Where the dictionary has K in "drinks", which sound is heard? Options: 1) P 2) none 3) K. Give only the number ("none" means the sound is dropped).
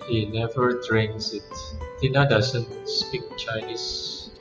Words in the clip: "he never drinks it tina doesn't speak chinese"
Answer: 2